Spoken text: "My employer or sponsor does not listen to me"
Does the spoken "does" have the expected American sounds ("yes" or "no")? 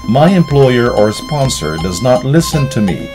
yes